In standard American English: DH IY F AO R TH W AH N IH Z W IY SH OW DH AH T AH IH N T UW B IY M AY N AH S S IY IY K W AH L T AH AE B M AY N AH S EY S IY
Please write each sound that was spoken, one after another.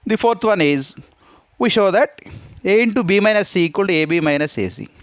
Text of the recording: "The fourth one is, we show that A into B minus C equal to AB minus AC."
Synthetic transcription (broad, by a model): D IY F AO R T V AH N IH Z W IY SH OW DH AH T AH IH N T UW B IY M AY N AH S S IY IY K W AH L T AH B M AY N AH S EY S IY